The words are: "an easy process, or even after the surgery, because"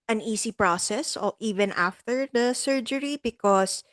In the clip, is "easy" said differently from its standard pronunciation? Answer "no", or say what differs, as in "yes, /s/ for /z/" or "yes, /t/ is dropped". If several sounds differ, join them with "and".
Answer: yes, /s/ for /z/